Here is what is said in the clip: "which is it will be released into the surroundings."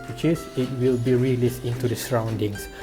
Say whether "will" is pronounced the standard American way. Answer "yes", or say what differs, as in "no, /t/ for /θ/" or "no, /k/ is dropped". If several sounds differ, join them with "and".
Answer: yes